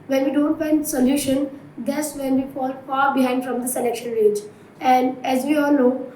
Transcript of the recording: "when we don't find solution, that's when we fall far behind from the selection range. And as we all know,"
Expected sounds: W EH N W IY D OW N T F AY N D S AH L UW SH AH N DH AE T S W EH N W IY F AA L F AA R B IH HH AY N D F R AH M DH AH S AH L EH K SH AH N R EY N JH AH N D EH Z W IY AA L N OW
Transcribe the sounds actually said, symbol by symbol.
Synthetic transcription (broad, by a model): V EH N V IY D OW N T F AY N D S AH L UW SH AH N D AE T S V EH N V IY F AA L F AA R B IH HH AY N D F R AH M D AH S AH L EH K SH AH N R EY JH AH N D EH Z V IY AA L N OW